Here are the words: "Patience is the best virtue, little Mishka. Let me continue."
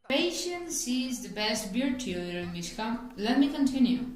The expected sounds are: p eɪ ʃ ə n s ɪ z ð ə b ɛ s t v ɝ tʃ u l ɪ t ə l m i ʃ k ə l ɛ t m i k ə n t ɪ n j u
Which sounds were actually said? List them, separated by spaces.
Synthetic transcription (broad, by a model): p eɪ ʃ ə n s ɪ z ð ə b ɛ s t b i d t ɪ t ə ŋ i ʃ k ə l ɛ t m i k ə n t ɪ n j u